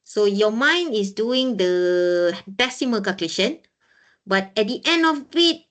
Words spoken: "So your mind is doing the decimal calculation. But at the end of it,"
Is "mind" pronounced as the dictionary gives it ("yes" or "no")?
no